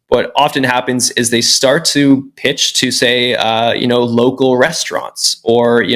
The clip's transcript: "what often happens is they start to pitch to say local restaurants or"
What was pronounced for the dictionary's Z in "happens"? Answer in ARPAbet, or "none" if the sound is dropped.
Z